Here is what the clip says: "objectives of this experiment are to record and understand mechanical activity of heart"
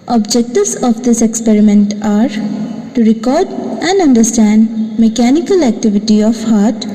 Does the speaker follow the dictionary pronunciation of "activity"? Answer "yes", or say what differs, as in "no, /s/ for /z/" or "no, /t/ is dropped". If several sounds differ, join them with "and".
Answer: yes